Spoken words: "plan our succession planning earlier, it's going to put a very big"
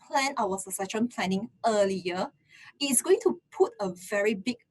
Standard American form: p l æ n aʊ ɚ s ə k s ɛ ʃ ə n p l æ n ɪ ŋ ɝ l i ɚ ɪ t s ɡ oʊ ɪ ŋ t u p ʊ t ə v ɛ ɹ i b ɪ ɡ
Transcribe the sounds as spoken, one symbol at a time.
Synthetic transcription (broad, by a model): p l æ n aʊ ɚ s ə s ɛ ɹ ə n p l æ n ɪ ŋ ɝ l i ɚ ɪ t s ɡ oʊ ɪ ŋ t u p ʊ t ə v ɛ ɹ i b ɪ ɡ